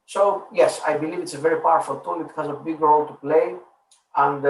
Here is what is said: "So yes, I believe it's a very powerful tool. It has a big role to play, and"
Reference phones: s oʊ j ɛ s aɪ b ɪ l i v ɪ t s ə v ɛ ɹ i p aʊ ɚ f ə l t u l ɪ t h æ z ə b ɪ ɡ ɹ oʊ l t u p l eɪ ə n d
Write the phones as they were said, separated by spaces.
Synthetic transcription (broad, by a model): s oʊ j ɛ s aɪ b ɪ l i v ɪ t s ə v ɛ ɹ i p aʊ ɚ f ə l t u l ɪ t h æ z ə b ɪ ɡ ɹ oʊ l t u p l eɪ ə n d